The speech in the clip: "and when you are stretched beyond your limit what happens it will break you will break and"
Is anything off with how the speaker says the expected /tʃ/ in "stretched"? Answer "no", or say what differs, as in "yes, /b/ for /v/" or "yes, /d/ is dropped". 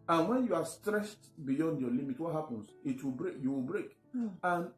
yes, /ʃ/ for /tʃ/